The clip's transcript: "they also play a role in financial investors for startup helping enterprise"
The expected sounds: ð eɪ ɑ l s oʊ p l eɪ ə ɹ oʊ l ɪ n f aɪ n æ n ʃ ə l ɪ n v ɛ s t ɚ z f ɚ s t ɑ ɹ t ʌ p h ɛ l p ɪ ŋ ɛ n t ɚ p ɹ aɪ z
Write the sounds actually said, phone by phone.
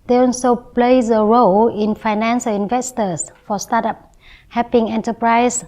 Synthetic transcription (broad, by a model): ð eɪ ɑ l s oʊ p l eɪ ə ɹ oʊ l ɪ n f aɪ n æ n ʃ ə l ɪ n v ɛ s t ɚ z f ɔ s t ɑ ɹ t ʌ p h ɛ p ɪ ŋ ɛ n t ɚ p ɹ aɪ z